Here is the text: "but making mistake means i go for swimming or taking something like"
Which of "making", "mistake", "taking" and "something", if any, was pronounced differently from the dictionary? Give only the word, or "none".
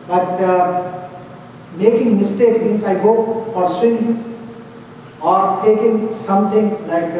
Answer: something